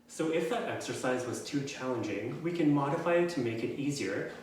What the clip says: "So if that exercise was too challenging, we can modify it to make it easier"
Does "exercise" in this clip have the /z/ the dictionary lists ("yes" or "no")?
yes